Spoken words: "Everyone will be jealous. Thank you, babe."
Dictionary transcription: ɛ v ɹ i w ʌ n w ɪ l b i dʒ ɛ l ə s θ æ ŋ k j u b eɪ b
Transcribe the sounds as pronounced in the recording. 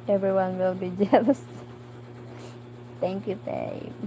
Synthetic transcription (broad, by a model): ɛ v ɹ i w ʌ n w ɪ l b i dʒ ɛ l ə s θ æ ŋ k j u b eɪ